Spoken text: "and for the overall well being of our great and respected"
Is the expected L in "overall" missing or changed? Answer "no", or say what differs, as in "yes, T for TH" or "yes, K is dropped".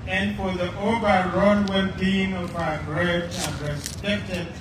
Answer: yes, N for L